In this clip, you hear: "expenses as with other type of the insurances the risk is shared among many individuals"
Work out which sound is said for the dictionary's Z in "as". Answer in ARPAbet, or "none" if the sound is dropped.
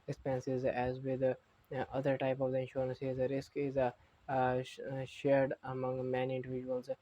Z